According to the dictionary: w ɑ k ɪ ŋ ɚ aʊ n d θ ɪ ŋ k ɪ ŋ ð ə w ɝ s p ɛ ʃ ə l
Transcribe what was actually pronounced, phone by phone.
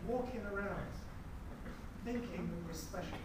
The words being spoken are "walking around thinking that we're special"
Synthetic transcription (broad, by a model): w ɑ k ɪ ŋ ɚ aʊ n d θ ɪ ŋ k ɪ ŋ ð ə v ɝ s p ɛ ʃ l